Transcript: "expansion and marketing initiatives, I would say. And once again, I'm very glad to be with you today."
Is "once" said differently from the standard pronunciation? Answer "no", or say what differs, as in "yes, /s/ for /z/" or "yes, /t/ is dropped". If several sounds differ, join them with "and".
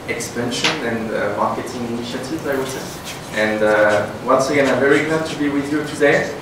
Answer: no